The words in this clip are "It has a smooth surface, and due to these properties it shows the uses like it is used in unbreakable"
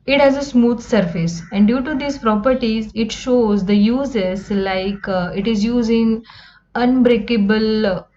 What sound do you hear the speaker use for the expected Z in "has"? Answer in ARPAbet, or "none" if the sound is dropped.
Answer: Z